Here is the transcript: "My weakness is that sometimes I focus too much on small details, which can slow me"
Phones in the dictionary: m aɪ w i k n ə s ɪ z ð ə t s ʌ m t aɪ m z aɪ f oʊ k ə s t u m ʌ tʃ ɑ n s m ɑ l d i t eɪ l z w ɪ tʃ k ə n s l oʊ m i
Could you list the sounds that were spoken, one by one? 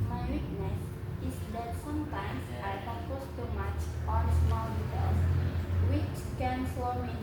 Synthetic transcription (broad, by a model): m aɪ w i k n ə s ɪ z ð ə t s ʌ m t aɪ m s aɪ p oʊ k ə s t u m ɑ tʃ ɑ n s m ɑ l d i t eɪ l s w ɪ tʃ k ə n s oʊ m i